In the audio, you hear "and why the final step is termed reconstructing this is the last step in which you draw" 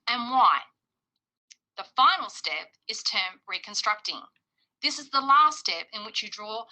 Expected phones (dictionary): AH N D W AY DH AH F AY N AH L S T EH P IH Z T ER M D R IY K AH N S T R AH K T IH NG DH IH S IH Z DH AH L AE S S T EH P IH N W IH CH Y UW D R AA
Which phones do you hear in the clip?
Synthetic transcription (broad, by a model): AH N W AY DH AH F AY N L S T EH P IH Z T ER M R IY K AH N S T R AH K T IH NG DH IH S IH Z DH AH L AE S S T EH P IH N W IH CH Y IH D R AA